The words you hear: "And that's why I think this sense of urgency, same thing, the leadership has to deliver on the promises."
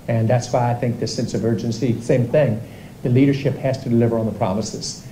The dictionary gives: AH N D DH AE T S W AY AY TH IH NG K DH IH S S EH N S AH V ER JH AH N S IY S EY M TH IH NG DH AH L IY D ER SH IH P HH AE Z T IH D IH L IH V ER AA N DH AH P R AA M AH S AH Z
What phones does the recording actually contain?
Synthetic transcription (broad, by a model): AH N DH AE T S W AY AY TH IH NG K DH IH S S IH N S AH V ER JH AH N S IY S EY M TH IH NG DH AH L IY D ER SH IH P HH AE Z T IH D IH L IH V ER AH N DH AH P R AA M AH S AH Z